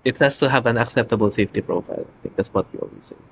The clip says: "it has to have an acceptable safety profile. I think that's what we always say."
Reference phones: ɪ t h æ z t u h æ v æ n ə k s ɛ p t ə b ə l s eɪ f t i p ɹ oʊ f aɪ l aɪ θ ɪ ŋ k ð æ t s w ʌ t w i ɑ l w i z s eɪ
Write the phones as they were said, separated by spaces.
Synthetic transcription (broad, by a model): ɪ t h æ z t u h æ v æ n ə k s ɛ p t ə b ə l s eɪ f t i p ɹ oʊ f aɪ l aɪ t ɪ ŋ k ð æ t s w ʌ t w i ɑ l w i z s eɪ